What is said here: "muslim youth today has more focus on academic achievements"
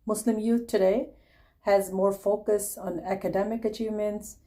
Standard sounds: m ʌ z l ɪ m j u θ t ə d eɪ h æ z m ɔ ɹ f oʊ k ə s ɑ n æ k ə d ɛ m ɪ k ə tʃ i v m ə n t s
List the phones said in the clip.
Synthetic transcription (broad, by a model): m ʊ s l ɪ m j u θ t ə d eɪ h æ z m ɔ ɹ f oʊ k ə s ɑ n æ k ə d ɛ m ɪ k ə tʃ i v m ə n t s